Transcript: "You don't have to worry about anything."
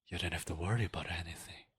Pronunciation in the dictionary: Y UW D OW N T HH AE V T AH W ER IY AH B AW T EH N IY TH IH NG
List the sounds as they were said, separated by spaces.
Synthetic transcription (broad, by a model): Y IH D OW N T HH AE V T AH W ER IY AH B AW T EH N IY TH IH NG